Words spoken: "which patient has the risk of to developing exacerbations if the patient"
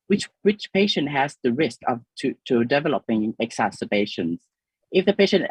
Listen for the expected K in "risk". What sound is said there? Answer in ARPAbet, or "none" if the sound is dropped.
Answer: K